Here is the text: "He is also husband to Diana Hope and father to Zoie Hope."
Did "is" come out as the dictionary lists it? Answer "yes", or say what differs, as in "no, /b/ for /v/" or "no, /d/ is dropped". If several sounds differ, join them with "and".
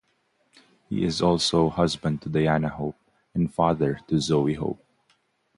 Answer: yes